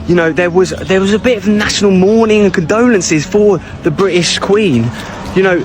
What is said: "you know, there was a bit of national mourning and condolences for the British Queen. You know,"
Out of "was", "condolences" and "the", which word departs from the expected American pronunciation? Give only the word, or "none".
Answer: none